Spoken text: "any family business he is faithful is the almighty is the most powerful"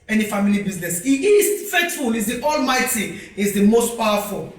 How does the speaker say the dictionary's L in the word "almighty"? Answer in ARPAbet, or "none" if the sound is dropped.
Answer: L